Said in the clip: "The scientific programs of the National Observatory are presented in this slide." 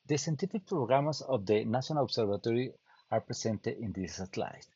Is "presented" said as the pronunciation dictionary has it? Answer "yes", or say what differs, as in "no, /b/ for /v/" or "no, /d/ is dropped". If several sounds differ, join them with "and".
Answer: no, /s/ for /z/